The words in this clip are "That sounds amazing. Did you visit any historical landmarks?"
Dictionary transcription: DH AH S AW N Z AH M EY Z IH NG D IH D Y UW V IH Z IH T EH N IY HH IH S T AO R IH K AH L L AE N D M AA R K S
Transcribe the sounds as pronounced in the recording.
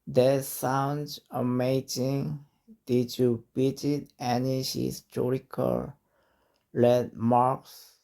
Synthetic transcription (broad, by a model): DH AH S AW N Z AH M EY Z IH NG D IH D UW B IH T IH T EH N IY HH IH S T AO R IH K AH L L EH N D M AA R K S